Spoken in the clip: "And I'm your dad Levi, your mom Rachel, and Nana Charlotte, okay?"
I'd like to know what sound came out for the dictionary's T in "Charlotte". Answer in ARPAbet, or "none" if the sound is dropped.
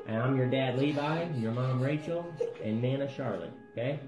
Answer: none